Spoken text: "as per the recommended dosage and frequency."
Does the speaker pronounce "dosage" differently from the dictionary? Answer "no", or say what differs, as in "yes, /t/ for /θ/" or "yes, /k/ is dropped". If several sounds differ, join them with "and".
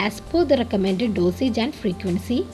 no